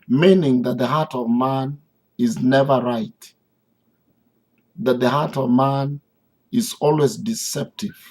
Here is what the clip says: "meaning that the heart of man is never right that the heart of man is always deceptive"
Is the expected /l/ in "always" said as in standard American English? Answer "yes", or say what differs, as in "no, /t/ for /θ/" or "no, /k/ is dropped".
yes